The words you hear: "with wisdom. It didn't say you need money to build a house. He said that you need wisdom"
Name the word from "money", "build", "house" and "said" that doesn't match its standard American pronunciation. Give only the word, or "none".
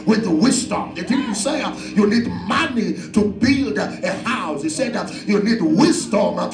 none